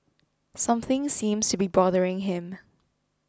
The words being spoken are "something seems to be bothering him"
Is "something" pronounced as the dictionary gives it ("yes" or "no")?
yes